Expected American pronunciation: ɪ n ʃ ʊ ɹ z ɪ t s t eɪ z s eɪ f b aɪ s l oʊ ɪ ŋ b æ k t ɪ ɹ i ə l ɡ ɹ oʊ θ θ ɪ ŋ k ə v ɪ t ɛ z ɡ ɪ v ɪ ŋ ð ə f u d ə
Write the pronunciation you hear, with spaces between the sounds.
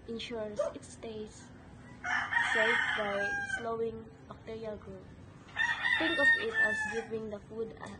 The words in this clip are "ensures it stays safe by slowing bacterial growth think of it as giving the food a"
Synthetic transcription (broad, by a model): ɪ n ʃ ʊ ɹ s ɪ t s t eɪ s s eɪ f b aɪ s l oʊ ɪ ŋ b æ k t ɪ ɹ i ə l ɡ ɹ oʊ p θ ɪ ŋ k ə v ɪ t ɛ s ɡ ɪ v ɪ ŋ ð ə f u d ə